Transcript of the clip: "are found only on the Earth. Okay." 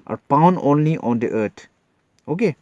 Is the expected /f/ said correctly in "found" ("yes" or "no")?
no